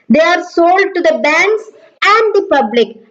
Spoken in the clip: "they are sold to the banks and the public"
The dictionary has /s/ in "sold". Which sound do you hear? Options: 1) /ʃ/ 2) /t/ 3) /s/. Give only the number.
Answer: 3